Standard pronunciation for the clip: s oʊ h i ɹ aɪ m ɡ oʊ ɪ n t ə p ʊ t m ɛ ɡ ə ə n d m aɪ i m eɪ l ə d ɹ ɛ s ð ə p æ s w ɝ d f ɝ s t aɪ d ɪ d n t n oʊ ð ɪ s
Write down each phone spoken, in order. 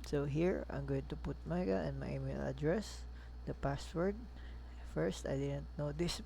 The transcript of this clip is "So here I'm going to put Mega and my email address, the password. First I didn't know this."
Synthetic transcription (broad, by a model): s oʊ h i ɹ aɪ m ɡ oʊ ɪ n t ə p ʊ t m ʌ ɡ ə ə n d m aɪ i m eɪ l ə d ɹ ɛ s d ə p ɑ s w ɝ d f ɝ s t aɪ d ɪ d n t n oʊ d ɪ s